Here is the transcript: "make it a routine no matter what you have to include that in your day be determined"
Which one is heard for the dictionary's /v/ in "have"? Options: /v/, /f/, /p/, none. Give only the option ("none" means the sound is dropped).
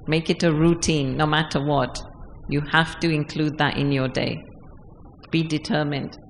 /f/